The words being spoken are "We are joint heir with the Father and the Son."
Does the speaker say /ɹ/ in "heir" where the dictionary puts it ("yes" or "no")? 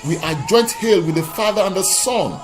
no